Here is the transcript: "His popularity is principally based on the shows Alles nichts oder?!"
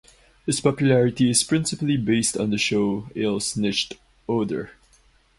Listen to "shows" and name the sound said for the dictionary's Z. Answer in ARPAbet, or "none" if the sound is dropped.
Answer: none